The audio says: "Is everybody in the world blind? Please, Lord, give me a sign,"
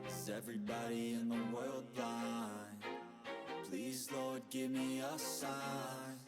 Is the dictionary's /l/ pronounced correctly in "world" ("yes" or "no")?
yes